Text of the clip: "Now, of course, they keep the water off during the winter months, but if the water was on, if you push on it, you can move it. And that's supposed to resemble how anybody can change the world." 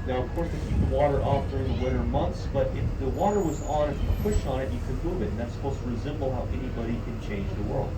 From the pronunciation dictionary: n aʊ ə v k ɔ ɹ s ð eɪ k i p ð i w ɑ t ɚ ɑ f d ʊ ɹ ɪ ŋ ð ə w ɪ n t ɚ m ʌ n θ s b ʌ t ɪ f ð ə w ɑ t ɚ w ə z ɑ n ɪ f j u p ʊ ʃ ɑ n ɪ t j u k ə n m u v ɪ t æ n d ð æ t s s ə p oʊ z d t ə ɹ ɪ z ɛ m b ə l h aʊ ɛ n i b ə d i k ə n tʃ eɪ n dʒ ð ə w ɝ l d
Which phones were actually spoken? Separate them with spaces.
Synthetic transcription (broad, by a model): n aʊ ə v k ɔ ɹ s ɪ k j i w ɑ t ɚ ɑ f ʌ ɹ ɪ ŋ ð ə w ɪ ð ɚ m ʌ n θ s b ʌ t ɪ f ð ə w ɑ t ɚ w ə z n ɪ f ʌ p ʊ ʃ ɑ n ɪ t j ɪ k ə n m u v ɪ t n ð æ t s s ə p oʊ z t ə ɹ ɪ z ɛ m b l h aʊ ɛ n i b ə d i k ə n tʃ eɪ n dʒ ð ə w ɝ l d